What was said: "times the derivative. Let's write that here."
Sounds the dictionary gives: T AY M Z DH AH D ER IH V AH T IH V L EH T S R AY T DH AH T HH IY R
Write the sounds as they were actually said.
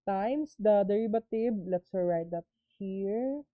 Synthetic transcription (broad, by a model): T AY M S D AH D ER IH B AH T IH B L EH T S R AY T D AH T HH IY R